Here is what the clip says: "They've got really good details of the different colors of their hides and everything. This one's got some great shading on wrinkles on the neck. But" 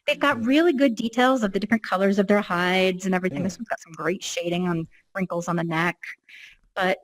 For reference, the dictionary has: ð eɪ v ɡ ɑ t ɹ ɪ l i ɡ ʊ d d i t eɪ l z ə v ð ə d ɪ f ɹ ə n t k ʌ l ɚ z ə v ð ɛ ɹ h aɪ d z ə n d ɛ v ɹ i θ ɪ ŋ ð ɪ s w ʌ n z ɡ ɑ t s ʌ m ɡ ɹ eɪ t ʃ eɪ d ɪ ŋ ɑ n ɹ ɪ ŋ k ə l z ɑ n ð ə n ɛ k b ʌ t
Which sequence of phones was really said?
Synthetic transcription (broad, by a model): ð eɪ v ɡ ɑ t ɹ ɪ l i ɡ ʊ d d i t eɪ l z ə v ð ə d ɪ f ɹ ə n k ʌ l ɚ z ə v ð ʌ ɹ h aɪ d z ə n ɛ v ɹ i θ ɪ ŋ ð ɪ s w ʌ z ɡ ɑ t s ʌ m ɡ ɹ eɪ t ʃ eɪ d ɪ ŋ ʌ n ɹ ɪ ŋ k l z n ð ə n ɛ k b ʌ t